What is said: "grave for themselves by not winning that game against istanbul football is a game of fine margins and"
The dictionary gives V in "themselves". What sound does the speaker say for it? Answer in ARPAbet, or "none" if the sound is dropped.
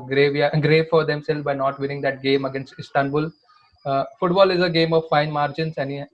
none